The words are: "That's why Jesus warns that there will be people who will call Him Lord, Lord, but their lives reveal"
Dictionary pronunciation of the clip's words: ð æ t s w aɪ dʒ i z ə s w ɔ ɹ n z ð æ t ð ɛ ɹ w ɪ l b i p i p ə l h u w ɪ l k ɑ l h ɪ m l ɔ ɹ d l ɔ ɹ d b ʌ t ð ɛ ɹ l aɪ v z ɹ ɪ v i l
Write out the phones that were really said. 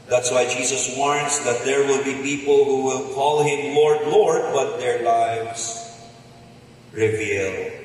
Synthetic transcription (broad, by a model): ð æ t s w aɪ dʒ i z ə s w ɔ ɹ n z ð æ t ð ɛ ɹ w ɪ l b i p i p ə l h u w ɪ l k ɑ l h ɪ m l ɔ ɹ d l ɔ ɹ d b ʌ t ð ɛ ɹ l aɪ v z ɹ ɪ v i l